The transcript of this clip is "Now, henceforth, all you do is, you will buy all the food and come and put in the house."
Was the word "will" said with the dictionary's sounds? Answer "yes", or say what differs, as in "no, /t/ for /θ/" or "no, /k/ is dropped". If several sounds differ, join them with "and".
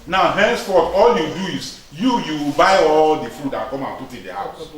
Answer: no, /w/ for /l/